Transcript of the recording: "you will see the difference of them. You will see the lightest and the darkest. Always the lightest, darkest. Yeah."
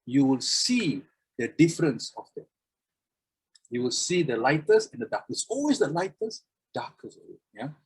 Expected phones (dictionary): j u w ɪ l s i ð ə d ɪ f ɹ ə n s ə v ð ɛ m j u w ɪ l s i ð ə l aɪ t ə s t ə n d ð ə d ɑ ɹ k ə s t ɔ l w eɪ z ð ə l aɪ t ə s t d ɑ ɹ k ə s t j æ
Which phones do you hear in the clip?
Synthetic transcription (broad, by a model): j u w ɪ l s i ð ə d ɪ f ɹ ə n s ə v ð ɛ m j u w ɪ l s i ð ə l aɪ t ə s ə n d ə d ɑ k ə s ɔ l w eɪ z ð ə l aɪ t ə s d ɑ k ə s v j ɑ